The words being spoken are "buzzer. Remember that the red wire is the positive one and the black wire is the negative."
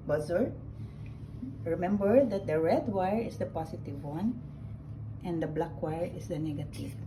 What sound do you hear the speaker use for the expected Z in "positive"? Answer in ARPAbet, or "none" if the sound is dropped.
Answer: S